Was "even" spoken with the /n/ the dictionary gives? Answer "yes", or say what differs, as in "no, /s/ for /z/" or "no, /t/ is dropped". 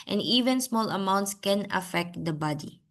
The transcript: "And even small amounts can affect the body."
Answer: yes